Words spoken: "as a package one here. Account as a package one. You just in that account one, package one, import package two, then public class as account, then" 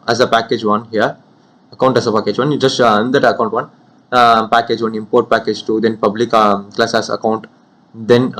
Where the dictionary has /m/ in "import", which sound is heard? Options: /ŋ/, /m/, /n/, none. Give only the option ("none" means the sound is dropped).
/m/